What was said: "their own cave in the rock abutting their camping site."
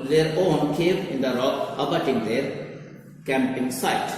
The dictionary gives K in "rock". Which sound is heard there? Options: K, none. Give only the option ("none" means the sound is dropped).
none